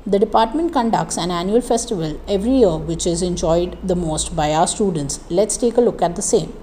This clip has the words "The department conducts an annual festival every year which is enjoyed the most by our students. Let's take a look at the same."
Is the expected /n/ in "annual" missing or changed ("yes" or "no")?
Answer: no